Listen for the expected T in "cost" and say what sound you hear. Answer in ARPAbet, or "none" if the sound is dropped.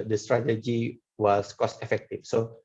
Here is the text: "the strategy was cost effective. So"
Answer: T